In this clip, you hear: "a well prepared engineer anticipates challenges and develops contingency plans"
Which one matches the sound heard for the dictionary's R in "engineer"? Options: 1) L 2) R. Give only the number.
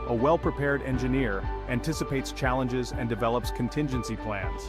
2